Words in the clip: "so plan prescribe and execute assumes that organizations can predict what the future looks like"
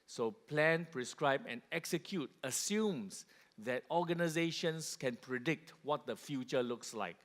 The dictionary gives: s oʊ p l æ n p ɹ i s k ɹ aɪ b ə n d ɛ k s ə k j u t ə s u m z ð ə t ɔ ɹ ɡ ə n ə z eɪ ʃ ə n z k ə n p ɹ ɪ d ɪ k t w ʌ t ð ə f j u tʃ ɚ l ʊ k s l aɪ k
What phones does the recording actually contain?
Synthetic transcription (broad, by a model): s oʊ p l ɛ n p ɹ i s k ɹ aɪ b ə n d ɛ k s ə k j u t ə s u m s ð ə t ɔ ɡ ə n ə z eɪ ʃ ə n s k ə n p ɹ ɪ d ɪ k t w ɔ t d ə f j u tʃ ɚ l ʊ k s l aɪ k